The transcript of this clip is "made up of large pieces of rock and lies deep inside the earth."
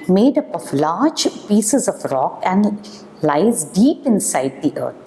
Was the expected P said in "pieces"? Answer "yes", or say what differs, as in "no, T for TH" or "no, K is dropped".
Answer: yes